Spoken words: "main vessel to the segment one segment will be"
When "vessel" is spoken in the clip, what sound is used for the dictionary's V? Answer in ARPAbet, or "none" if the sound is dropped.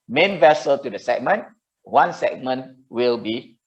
V